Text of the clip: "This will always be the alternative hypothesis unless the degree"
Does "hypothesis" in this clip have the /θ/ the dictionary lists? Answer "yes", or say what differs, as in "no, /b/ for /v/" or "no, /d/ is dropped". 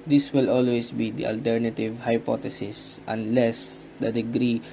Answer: no, /t/ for /θ/